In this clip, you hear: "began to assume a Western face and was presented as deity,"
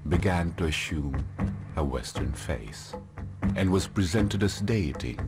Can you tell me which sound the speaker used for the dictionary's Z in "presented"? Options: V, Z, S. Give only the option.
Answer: Z